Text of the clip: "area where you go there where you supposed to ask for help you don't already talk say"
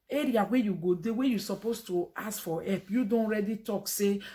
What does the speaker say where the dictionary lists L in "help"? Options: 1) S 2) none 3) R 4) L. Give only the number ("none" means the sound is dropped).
2